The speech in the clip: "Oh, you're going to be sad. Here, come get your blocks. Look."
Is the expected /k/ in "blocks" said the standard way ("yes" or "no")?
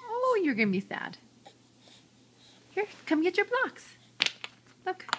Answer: yes